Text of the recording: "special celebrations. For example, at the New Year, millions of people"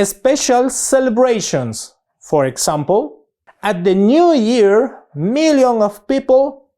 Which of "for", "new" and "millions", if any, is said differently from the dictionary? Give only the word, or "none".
millions